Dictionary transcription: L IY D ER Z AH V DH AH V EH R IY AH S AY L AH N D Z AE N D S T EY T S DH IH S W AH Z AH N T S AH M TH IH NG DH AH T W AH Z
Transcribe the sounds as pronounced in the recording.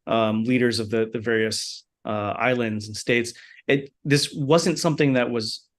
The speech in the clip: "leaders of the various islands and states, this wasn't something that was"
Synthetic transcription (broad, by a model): L IY D ER Z AH V DH AH V EH R IY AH S AY L AH N D Z N S T EY T S DH IH S W AH Z AH N T S AH M TH IH NG DH AH T W AH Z